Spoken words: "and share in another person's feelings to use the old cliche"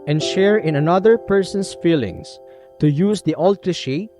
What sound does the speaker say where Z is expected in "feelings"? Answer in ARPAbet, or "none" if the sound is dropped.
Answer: S